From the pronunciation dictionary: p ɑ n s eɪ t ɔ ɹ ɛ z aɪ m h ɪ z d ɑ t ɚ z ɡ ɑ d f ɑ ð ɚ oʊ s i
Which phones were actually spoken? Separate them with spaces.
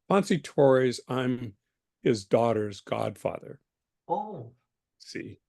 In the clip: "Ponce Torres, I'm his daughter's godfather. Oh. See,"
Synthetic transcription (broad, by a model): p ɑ n s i t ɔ ɹ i z aɪ m h ɪ z d ɑ t ɚ z ɡ ɑ d f ɑ ð ɚ oʊ s i